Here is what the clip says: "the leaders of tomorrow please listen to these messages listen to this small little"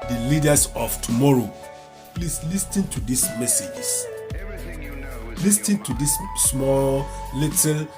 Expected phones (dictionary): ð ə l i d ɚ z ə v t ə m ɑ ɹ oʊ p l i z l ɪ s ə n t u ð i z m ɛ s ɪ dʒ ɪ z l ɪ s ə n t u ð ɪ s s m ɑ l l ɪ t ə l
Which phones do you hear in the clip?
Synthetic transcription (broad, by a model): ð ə l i d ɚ s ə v t ə m ɑ ɹ oʊ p l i s l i s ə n t u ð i s m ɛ s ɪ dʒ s l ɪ s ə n t u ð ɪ s s m ɑ l l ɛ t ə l